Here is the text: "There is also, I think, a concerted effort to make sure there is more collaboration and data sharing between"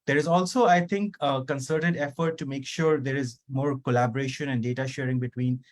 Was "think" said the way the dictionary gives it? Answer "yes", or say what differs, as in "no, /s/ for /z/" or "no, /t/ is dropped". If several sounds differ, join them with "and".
no, /t/ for /θ/